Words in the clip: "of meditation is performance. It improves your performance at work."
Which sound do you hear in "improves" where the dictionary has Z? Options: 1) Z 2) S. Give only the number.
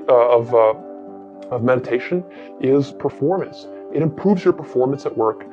1